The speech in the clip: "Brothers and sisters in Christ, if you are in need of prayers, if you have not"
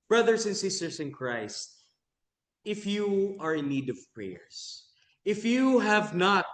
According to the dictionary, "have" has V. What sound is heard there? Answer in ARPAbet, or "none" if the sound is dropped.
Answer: V